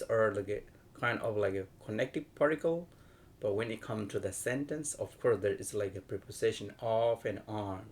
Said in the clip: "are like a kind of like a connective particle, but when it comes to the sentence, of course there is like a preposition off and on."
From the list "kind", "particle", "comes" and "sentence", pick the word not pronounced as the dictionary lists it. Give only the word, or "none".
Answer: comes